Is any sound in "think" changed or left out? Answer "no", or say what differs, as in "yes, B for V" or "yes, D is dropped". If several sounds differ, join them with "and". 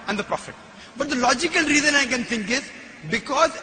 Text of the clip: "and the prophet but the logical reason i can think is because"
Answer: yes, T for TH